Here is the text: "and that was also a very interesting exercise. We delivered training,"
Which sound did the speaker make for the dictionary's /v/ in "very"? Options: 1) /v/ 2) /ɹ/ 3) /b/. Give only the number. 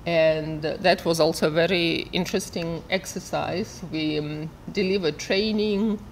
1